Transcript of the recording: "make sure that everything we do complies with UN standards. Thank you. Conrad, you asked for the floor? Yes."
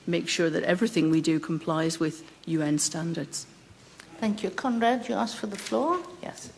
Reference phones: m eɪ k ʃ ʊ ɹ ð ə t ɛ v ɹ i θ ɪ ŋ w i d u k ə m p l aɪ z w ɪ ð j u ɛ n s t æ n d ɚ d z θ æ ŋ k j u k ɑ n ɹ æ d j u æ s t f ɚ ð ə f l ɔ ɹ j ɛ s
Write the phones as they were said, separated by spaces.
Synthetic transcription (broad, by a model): m eɪ k ʃ ʊ ɹ ð ə t ɛ v ɹ i θ ɪ ŋ w i d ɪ k ə m p l aɪ z w ɪ ð j u ɛ n s t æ n d ɚ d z θ æ ŋ k j u k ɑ n ɹ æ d j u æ s f ɚ ð ə f l ɔ ɹ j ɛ s